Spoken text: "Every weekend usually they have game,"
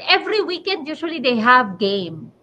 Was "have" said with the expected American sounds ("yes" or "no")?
yes